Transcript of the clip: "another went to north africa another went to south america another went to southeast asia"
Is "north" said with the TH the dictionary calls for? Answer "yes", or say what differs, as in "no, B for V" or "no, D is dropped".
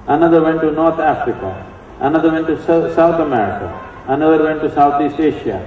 no, T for TH